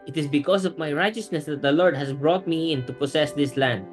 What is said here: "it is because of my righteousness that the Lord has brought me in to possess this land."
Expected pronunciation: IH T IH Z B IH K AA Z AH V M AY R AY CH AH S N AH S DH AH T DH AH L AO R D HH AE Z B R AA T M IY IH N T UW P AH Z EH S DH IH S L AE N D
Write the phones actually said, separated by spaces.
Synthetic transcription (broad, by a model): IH T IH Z B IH K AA S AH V M AY R AY CH AH S N AH S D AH T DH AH L AO R D HH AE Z B R AA T M IY IH N T UW P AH S EH S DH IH S L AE N D